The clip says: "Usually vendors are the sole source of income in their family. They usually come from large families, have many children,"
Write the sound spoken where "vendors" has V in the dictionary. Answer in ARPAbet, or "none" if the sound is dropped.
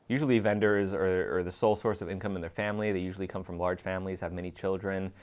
V